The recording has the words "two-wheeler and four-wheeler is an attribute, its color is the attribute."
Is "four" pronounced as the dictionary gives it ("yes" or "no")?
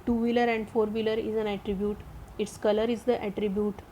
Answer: yes